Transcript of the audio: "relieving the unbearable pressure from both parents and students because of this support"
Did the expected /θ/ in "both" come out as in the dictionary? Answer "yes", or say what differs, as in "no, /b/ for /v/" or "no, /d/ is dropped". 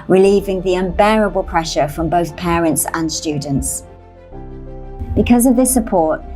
yes